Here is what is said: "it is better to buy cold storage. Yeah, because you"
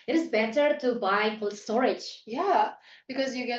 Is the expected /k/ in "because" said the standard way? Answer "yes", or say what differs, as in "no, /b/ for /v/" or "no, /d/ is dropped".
yes